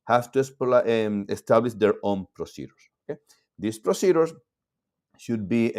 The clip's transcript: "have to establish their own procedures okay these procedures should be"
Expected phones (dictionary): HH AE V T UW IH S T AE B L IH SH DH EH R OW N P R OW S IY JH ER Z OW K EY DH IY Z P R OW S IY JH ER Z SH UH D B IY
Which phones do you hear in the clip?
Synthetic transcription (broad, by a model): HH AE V T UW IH S T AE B L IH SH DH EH R OW N P R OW S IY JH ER S OW K EY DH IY S P R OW S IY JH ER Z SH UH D B IY